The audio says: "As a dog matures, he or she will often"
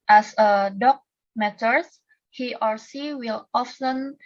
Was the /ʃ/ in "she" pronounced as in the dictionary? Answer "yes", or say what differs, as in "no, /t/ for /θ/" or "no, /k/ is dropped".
no, /s/ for /ʃ/